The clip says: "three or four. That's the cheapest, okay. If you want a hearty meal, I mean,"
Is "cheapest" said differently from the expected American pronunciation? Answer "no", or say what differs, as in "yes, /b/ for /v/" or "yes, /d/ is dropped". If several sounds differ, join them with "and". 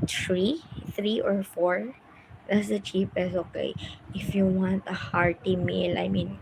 yes, /t/ is dropped